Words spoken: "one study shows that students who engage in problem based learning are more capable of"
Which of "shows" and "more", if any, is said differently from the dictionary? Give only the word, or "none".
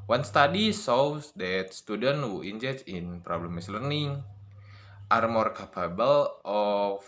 shows